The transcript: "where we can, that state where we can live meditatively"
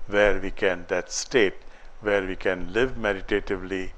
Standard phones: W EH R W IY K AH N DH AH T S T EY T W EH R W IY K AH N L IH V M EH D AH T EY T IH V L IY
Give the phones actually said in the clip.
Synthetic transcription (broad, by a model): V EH R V IY K AH N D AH T S T EY T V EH R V IY K AH N L IH V M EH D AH T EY T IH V L IY